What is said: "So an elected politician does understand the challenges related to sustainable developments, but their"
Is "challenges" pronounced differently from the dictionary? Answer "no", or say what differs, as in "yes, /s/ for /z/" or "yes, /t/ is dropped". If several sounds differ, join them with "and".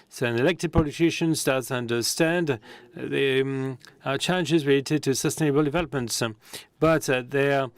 no